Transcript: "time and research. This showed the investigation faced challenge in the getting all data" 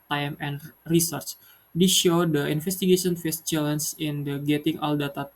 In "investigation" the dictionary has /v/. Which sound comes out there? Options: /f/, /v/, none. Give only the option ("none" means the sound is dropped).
/f/